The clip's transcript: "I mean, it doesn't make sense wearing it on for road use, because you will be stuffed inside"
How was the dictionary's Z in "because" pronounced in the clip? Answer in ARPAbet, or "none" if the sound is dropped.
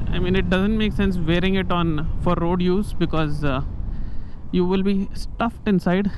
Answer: Z